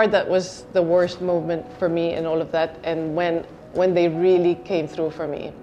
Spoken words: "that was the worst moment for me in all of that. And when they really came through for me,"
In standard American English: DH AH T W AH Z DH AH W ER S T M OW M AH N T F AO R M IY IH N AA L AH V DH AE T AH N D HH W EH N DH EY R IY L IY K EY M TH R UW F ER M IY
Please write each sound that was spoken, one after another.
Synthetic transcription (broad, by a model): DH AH T W AH Z DH AH W ER S T M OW M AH N T F AO R M IY IH N AA L AH V DH AE T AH N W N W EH N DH EY R IY L IY K EY M TH R UW F ER M IY